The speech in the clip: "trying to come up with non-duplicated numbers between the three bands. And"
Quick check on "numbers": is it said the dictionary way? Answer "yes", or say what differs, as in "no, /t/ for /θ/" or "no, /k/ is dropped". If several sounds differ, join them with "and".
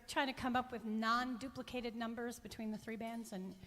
yes